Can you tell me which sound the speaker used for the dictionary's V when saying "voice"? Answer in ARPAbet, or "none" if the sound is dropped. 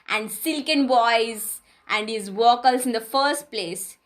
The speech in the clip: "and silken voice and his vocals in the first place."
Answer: B